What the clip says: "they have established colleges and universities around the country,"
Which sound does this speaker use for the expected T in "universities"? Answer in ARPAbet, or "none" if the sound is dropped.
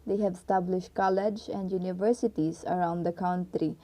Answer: T